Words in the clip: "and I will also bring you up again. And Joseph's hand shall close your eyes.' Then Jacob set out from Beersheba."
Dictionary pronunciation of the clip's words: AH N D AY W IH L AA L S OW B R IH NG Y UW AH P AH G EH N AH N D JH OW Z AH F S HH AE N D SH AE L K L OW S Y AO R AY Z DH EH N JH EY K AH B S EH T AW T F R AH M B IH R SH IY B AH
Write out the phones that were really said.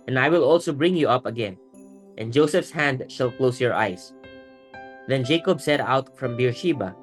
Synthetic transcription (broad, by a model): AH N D AY W IH L AA L S OW B R IH NG Y UW AH P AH G EH N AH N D JH OW S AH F S HH AE N D SH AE L K L OW S Y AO R AY S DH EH N JH EY K AH B S EH T AW T F R AH M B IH R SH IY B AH